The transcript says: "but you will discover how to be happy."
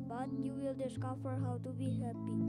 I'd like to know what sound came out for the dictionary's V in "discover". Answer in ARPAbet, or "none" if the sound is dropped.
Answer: F